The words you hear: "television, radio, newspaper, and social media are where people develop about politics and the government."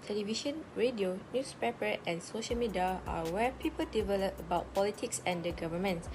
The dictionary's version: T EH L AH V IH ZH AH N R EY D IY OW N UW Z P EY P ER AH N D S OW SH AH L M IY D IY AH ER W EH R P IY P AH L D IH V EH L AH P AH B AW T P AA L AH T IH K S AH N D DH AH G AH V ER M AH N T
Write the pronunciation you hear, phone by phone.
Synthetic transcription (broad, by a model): T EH L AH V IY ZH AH N R EY D IY OW N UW S P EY P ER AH N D S OW SH AH L M IY D IY AH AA W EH P IY P AH L D IH V EH L AH P AH B AW T P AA L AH T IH K S AH N D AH G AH V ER M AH N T